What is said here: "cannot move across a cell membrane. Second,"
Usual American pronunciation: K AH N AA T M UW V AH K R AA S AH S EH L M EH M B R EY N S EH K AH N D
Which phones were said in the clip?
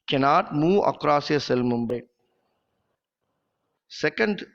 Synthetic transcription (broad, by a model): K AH N AA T M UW AH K R AA S AH S EH L M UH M B EY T S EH K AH N D